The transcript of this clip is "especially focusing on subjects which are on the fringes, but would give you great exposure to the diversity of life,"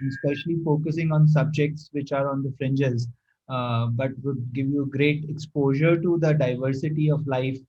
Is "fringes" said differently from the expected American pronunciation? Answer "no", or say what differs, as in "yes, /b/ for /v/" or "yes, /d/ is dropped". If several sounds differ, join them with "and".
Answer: no